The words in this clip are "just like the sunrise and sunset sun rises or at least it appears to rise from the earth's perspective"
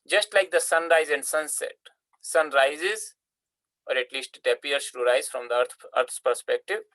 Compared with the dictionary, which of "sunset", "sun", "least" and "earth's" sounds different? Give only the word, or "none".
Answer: earth's